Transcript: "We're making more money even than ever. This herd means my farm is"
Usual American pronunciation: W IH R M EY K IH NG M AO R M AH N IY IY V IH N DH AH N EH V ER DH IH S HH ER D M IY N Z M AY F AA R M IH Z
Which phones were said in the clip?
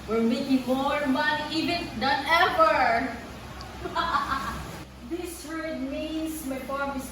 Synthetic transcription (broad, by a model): W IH R M EY K IH NG M AO R M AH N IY IY V IH N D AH N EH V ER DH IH S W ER D M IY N S M AY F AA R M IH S